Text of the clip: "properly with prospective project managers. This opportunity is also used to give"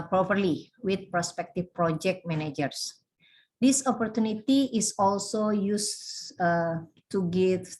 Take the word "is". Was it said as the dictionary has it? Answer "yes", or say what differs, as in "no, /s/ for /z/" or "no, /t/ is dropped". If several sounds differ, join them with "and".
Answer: no, /s/ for /z/